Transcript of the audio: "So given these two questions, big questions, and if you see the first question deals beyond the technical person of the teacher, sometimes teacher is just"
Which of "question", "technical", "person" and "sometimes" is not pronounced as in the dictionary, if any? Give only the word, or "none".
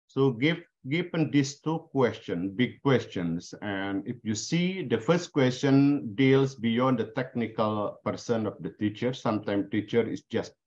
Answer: sometimes